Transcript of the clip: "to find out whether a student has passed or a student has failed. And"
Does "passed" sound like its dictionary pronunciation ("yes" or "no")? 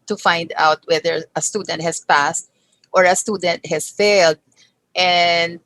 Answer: yes